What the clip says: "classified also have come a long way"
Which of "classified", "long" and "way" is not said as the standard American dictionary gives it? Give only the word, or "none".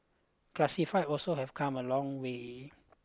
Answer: classified